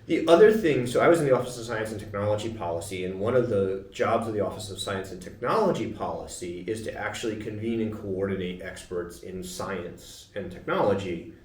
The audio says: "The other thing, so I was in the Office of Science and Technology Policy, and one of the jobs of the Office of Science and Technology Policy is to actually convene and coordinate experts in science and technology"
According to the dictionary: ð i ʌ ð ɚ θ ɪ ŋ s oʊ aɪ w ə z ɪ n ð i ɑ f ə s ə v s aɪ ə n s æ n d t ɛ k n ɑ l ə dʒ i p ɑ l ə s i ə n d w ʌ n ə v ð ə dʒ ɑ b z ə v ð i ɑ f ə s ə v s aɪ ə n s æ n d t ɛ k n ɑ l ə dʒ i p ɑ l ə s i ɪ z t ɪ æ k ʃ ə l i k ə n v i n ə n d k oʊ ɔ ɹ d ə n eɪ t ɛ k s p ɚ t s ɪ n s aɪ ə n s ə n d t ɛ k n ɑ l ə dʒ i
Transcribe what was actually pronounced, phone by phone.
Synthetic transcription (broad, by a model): ð i ʌ ð ɚ θ ɪ ŋ s oʊ aɪ w ə z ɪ n ð i ɑ f ə s ə v s aɪ ə n s n t ɛ k n ɑ l ə dʒ i p ɑ l ə s i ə n w ʌ n ə v ð ə dʒ ɑ b z ə v ð i ɑ f ə s ə v s aɪ ə n s n t ɛ k n ɑ l ə dʒ i p ɑ l ə s i ɪ z t ɪ æ k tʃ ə l i k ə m v i n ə n k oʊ ɔ ɹ d n eɪ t ɛ k s p ɚ t s ɪ n s aɪ ə n s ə n t ɛ k n ɑ l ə dʒ i